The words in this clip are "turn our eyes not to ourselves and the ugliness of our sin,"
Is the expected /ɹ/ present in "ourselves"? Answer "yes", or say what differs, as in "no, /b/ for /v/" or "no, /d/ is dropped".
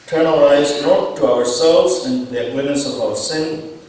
yes